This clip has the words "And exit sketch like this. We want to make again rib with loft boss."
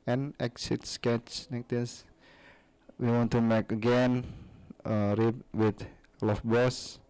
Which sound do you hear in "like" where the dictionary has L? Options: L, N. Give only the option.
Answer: N